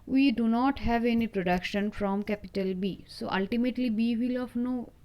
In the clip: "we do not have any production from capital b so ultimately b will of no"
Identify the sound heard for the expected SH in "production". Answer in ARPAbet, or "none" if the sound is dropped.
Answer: SH